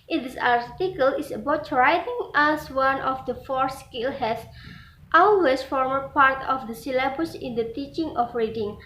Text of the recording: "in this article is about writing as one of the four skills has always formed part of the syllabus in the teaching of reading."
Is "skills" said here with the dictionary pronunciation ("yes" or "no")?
no